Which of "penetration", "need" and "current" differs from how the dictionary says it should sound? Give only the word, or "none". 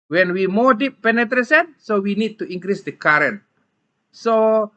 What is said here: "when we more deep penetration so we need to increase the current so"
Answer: penetration